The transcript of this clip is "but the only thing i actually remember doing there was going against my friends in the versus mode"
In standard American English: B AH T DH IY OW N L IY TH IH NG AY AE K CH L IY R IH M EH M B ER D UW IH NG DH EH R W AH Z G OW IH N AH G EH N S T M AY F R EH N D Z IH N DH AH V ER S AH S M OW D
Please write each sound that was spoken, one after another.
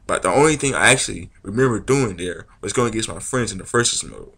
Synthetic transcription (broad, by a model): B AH T DH IY OW N L IY TH IH NG AY AE K CH L IY R IH M EH M B ER D UW IH NG DH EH R W AH Z G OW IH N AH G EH S M AY F R EH N D Z IH N DH AH F ER S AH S M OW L